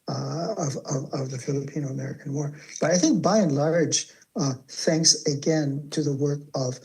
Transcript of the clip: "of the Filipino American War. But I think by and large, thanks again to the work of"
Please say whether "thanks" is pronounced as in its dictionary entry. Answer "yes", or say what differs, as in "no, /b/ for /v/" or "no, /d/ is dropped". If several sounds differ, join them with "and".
yes